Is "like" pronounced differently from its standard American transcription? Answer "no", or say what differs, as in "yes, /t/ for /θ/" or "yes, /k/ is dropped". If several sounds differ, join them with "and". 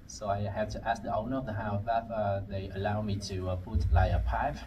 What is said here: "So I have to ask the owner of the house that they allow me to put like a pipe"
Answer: yes, /k/ is dropped